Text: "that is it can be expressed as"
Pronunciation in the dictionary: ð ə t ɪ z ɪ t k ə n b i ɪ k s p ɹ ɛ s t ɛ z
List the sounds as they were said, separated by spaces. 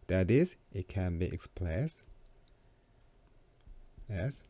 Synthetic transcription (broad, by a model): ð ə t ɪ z ɪ t k ə n b i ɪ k s p l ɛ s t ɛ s